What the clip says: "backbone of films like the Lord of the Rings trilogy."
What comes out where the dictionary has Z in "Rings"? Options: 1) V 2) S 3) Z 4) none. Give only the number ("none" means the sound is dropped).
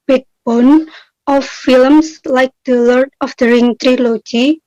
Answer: 4